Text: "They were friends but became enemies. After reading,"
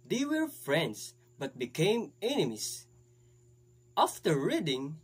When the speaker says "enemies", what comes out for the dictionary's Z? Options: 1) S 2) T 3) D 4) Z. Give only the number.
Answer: 1